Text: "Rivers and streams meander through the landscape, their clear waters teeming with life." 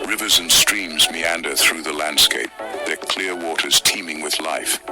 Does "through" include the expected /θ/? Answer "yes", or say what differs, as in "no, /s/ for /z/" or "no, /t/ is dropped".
yes